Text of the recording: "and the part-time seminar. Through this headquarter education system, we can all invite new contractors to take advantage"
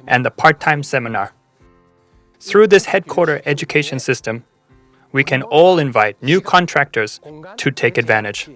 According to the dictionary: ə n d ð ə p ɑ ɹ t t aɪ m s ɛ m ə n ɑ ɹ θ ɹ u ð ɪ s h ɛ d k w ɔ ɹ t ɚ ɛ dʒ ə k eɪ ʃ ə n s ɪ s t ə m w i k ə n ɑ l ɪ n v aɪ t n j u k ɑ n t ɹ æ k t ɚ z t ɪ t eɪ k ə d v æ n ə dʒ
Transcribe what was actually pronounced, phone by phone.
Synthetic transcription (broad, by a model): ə n ð ə p ɑ ɹ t t aɪ m s ɛ m ə n ɑ ɹ θ ɹ u ð ɪ s h ɛ d k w ɔ ɹ t ɚ ɛ dʒ ə k eɪ ʃ ə n s ɪ s t ə m w i k ə n ɑ l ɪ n v aɪ t n j u k ɑ n t ɹ æ k t ɚ z t ɪ t eɪ k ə d v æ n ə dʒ